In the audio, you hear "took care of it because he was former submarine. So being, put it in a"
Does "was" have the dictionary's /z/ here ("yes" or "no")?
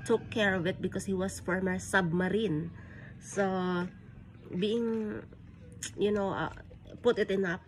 no